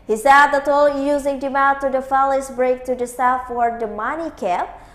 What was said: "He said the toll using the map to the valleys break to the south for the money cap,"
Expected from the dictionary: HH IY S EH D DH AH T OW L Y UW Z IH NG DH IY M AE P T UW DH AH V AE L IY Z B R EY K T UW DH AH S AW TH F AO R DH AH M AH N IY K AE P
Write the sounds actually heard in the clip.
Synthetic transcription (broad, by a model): HH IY S EH D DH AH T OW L Y UW Z IH NG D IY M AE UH T UW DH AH F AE L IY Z B R EY K T UW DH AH S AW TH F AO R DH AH M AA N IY K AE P